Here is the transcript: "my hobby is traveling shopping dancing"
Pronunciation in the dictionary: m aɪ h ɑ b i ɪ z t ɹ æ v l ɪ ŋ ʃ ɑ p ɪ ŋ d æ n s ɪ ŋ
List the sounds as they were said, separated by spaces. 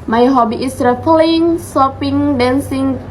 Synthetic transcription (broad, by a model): m aɪ h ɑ b i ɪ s ɹ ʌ p l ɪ ŋ s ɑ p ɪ ŋ d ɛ n s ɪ ŋ